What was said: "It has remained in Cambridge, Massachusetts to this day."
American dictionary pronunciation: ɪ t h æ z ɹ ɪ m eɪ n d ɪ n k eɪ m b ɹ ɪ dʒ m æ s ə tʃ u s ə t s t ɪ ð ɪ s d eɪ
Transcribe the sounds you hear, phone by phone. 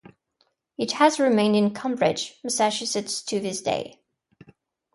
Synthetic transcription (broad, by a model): ɪ t h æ z ɹ ɪ m eɪ n d ɪ n k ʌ m b ɹ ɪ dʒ m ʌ s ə ʃ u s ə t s t ɪ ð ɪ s d eɪ